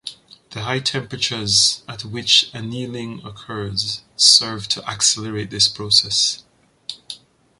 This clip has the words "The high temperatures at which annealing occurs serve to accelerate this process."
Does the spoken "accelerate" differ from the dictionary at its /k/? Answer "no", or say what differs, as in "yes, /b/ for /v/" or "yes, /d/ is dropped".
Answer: no